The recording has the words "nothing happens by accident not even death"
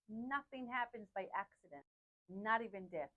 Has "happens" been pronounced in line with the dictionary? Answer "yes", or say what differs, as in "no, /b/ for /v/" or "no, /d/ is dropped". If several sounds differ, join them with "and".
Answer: yes